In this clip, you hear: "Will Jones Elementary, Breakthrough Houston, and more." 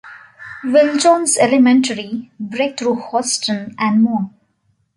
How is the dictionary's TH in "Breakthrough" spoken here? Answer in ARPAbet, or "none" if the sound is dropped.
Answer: T